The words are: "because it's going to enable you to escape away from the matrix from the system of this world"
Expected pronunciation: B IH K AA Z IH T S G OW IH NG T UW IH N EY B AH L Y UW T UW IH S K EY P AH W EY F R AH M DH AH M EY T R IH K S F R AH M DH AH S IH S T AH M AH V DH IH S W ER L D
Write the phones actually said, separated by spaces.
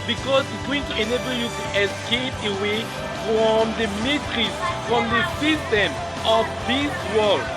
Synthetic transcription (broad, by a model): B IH K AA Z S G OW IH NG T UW IH N EY B AH L Y UW T UW IH S K EY P AH W EY F R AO M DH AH M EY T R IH S F R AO M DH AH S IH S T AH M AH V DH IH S W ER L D